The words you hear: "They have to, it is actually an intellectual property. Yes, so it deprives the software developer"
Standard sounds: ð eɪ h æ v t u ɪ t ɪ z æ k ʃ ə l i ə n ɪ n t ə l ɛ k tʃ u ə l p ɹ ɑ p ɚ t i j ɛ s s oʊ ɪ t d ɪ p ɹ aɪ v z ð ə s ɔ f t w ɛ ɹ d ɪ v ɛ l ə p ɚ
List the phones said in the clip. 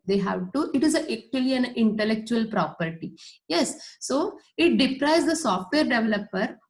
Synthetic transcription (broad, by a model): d eɪ h æ v t u ɪ t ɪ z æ k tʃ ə l i ə n ɪ n t ə l ɛ k tʃ u ə l p ɹ ɑ p ɚ t i j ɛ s s oʊ ɪ t d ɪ p ɹ aɪ z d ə s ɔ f t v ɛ ɹ d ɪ v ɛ l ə p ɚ